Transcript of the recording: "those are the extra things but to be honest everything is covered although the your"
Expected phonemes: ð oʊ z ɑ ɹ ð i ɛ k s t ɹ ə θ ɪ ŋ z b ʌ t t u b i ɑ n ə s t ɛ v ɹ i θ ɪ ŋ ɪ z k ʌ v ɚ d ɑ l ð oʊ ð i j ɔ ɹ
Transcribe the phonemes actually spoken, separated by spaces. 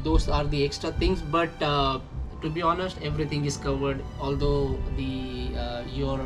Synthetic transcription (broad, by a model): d oʊ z ɑ ɹ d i ɛ k s t ɹ ə t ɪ ŋ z b ʌ t t u b i ɑ n ə s t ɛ v ɹ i t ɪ ŋ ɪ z k ʌ v ɚ d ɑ l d oʊ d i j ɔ ɹ